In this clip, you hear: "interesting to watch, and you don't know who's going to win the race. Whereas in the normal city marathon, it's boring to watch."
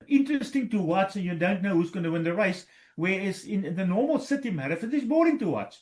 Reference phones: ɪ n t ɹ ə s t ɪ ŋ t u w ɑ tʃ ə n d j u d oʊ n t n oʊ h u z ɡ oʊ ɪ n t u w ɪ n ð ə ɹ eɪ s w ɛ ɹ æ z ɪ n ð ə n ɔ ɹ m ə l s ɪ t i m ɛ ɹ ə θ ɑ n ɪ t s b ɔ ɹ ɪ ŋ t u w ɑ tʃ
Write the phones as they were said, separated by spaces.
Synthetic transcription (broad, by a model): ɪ n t ɹ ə s t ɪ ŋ t u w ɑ s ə n j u d oʊ n t n oʊ h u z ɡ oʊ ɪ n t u w ɪ n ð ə ɹ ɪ s w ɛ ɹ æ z ɪ n ð ə n ɔ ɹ m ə l s ɪ t i m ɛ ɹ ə f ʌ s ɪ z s b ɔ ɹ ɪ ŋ t u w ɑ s